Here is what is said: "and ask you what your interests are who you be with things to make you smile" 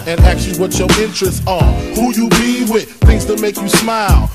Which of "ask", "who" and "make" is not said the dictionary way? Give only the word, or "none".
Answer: ask